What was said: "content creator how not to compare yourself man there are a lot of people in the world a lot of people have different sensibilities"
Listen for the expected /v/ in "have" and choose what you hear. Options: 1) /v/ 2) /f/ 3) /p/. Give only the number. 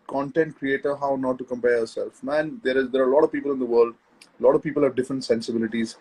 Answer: 1